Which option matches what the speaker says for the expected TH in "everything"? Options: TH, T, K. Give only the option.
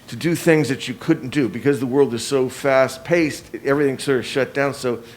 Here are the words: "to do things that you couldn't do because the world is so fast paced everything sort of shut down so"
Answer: TH